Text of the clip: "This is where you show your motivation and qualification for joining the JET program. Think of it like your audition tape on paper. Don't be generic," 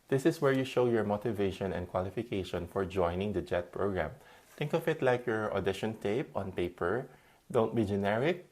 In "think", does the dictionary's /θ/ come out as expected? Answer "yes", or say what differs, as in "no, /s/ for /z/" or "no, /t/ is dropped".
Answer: no, /t/ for /θ/